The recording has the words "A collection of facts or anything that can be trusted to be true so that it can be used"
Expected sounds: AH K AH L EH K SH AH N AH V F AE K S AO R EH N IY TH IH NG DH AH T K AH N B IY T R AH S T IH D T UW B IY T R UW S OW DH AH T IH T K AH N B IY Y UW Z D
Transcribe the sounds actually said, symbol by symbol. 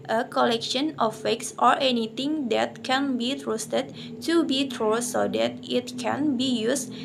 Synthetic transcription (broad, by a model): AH K AH L EH K SH AH N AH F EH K S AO R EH N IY T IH NG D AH T K AH N B IY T R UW S T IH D T UW B IY T R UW S OW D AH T IH T K AH N B IY Y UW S